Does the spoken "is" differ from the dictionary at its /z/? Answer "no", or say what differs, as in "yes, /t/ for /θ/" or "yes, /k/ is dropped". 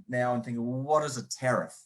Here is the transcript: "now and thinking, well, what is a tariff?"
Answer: no